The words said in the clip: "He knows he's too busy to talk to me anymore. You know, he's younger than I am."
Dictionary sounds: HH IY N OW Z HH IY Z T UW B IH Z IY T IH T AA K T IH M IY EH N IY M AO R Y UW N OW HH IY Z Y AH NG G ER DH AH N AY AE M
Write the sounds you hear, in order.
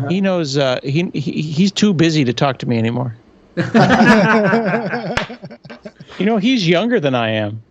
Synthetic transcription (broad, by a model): HH IY N OW Z HH IY Z T UW B IH Z IY T IH T AA K T IH M IY EH N IY M AO R Y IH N OW HH IY Z Y AH NG G ER DH AH N AY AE M